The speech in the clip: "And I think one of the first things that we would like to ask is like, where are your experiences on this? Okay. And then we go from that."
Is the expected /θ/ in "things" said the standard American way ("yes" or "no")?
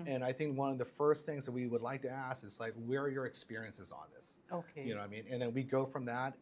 yes